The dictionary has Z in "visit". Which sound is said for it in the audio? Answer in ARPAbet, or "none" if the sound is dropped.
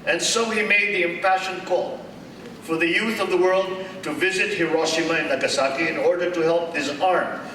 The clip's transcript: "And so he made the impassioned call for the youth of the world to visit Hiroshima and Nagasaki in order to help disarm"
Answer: Z